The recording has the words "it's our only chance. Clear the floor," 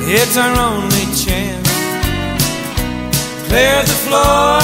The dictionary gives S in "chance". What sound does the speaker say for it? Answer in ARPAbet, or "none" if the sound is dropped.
none